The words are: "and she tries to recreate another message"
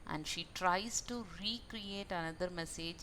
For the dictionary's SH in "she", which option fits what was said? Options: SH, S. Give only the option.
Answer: SH